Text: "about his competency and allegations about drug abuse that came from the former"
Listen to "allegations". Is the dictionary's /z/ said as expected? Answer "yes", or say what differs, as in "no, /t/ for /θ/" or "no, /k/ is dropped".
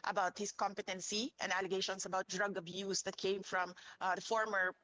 no, /s/ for /z/